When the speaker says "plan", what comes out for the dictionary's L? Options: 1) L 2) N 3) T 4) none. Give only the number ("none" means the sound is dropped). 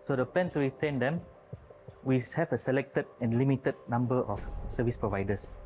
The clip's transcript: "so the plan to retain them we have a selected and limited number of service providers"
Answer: 4